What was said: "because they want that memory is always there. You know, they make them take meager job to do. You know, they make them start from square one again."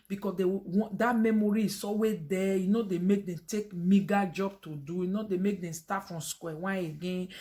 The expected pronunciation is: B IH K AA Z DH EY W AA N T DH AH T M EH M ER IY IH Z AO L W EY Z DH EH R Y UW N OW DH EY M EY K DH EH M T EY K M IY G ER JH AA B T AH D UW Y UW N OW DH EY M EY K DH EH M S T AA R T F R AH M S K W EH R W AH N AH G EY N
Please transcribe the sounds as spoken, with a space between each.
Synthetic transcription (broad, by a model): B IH K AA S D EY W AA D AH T M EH M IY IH S AO W EY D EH Y UW N OW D EY M EY K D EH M T EY K M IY G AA JH AA B T AH D UW Y UW N OW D EY M EY K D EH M S T AA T F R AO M S K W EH W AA AH G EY N